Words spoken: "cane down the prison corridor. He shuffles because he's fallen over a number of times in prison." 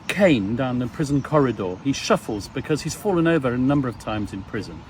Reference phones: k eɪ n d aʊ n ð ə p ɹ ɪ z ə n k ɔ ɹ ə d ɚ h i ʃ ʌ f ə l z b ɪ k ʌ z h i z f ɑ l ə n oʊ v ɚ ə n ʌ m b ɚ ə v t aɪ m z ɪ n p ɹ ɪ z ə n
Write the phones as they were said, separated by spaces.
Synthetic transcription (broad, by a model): k eɪ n d aʊ n ð ə p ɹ ɪ z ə n k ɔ ɹ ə d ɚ i ʃ ʌ f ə l z b ɪ k ʌ z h i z f ɑ l ə n oʊ v ɚ ə n ʌ m b ɚ ə v t aɪ m z ɪ n p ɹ ɪ z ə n